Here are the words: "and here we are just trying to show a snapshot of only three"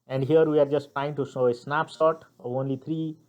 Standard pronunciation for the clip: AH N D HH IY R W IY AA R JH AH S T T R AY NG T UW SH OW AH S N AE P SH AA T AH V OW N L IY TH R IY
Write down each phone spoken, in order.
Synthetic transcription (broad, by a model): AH N D HH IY R W IY AA R JH AH S T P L AY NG T UW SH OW AH S N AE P S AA T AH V OW N L IY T R IY